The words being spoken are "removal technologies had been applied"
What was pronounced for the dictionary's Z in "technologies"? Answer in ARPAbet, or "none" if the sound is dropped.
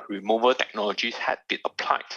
S